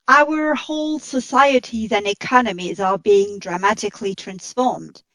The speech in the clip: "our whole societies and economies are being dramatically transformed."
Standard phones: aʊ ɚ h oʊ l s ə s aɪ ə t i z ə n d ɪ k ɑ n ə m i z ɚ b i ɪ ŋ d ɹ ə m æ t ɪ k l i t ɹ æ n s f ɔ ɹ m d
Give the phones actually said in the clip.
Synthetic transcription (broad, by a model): aʊ ɚ h oʊ l s ə s aɪ ə t i z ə n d ɪ k ɑ n ə m i z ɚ b i ɪ ŋ d ɹ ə m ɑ t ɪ k l i t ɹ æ n s f ɔ ɹ m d